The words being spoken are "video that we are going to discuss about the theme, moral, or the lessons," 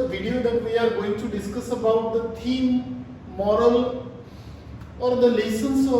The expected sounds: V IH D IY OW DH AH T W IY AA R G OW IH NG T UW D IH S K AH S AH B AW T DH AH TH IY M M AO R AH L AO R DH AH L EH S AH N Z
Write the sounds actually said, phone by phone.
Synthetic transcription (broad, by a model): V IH D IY OW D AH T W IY AA R G OW IH NG T UW D IH S K AH S AH B AW T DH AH T IY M M AO R AH L AO R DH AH L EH S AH N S